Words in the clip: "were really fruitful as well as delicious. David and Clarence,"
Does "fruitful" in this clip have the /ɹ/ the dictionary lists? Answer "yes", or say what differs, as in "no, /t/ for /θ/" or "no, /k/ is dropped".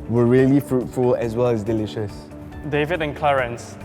yes